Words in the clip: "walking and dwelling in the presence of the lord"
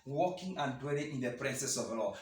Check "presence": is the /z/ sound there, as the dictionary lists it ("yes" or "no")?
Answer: no